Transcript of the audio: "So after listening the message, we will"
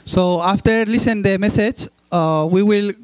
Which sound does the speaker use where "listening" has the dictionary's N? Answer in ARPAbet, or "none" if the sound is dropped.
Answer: none